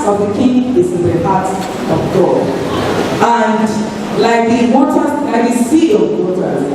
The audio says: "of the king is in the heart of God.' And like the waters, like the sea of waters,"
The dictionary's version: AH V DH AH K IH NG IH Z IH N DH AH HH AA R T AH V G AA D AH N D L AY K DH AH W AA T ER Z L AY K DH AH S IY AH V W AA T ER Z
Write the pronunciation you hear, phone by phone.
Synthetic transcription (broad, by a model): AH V DH AH K IH NG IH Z IH N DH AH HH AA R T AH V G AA AH N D L AY K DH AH W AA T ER L AY K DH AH S IY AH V W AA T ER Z